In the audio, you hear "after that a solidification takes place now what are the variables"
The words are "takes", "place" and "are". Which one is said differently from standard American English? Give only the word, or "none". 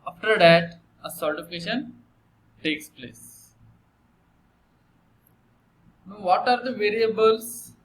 none